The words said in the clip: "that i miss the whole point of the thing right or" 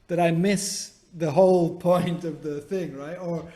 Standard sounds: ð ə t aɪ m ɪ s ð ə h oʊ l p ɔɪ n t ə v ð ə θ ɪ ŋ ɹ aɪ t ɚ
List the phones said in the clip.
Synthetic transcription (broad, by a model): ð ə t aɪ m ɪ s ð ə h oʊ l p ɔɪ n t ə v ð ə θ ɪ ŋ ɹ aɪ t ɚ